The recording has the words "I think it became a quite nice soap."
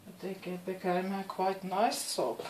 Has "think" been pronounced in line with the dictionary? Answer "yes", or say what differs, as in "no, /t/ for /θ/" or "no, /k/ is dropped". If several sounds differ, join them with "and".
no, /ŋ/ is dropped